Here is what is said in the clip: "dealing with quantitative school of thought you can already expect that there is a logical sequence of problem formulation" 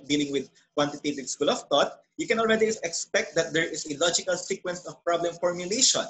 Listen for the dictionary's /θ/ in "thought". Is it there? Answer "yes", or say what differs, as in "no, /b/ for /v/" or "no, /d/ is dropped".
no, /t/ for /θ/